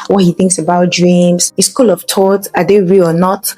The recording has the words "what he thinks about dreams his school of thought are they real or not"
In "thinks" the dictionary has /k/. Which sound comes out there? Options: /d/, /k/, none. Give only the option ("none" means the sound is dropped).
/k/